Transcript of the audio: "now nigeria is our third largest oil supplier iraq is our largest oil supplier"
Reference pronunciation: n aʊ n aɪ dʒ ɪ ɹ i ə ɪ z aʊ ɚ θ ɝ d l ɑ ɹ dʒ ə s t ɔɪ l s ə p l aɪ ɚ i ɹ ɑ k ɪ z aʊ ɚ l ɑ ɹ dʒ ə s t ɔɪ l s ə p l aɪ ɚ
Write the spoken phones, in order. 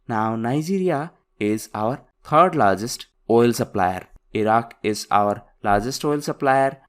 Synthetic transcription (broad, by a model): n aʊ n aɪ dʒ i ɹ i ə ɪ z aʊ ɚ t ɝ d l ɑ ɹ dʒ ə s t ɔɪ l s ə p l aɪ ɚ i ɹ ɑ k ɪ z aʊ ɚ l ɑ ɹ dʒ ə s t ɔɪ l s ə p l aɪ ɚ